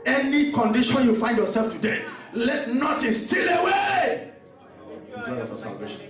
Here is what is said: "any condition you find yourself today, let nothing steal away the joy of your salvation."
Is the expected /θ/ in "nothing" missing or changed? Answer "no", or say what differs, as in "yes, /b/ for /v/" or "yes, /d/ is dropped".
yes, /t/ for /θ/